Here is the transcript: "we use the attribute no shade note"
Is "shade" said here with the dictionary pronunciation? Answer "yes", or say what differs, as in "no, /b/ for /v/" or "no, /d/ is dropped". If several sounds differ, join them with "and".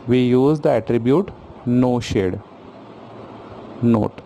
yes